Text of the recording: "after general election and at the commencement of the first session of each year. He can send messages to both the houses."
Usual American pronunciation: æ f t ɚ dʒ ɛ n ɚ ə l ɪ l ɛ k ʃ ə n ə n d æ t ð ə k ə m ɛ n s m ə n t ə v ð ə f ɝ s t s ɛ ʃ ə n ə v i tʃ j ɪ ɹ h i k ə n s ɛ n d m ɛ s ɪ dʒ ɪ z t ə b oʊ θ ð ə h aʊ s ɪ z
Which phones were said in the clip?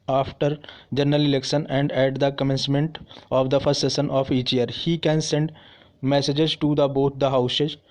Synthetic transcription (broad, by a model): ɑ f t ɚ dʒ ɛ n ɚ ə l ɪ l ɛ k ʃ ə n ə n d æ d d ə k ə m ɛ n s m ə n t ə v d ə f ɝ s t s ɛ s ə n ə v i tʃ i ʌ ɹ h i k ə n s ɛ n d m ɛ s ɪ dʒ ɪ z t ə b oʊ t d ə h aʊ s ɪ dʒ